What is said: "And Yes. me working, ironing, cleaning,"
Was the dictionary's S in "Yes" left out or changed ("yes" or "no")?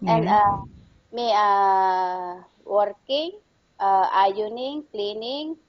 yes